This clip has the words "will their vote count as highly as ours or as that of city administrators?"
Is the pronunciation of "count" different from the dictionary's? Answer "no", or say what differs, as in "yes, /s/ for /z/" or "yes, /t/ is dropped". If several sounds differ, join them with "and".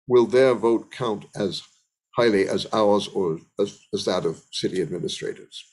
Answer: no